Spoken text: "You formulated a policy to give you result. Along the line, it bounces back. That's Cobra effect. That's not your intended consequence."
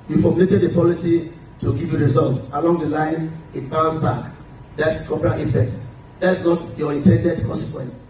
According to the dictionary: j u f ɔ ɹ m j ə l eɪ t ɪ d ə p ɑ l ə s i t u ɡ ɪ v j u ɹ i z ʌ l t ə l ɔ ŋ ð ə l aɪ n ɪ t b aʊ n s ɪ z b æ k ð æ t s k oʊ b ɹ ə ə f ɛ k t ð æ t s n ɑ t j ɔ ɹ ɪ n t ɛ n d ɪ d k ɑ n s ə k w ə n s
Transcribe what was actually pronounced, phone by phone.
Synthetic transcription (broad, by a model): j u f ɔ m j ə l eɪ t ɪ d ə p ɑ l ə s i t u ɡ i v j u ɹ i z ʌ l t ə l ɔ ŋ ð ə l aɪ n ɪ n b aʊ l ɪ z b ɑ k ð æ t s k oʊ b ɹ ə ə p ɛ k t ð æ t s n ɑ t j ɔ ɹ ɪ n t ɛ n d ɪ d k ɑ n s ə k w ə n s